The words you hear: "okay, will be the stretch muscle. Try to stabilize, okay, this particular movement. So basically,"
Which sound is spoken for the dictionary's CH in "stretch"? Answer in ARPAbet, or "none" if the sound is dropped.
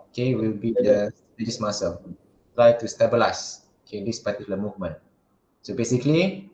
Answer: S